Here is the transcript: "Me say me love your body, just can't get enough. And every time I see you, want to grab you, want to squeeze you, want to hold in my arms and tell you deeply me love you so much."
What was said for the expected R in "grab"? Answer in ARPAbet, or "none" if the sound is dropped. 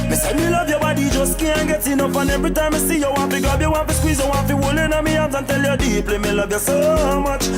none